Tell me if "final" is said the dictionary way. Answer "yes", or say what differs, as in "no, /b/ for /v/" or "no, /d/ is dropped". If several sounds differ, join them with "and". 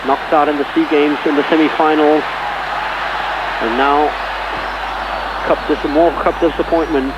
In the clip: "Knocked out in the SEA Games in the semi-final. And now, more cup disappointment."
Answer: no, /n/ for /l/